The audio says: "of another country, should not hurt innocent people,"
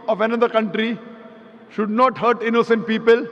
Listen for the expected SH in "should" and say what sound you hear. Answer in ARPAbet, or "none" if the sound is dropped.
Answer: SH